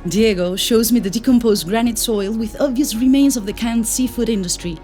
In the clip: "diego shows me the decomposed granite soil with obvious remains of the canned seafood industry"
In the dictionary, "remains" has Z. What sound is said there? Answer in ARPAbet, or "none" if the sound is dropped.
Z